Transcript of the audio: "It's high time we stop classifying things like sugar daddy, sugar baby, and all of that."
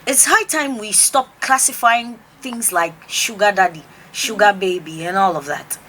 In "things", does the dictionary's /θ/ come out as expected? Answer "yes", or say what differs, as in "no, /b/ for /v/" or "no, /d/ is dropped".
yes